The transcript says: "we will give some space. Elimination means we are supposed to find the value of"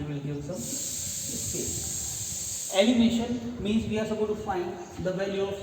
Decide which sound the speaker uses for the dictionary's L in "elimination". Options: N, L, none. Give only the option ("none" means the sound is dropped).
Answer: N